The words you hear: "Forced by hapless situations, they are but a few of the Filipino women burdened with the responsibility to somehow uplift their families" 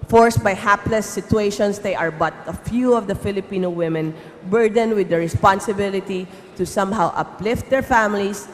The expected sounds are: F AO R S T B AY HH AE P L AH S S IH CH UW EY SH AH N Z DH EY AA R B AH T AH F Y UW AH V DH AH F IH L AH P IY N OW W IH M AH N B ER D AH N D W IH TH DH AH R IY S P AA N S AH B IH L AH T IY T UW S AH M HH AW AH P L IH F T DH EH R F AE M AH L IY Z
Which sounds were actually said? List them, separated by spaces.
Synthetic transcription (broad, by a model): F AO R S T B AY HH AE P L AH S S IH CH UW EY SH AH N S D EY AA R B AH T AH F Y UW AH V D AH F IH L AH P IY N OW W IH M AH N B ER D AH N W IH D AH R IY S P AA N S AH B IH L AH T IY T UW S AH M HH AW AH P L IH F T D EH R F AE M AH L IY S